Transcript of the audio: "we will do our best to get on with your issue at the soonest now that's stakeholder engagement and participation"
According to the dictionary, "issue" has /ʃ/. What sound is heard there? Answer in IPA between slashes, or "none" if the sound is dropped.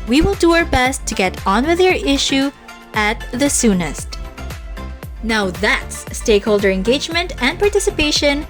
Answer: /ʃ/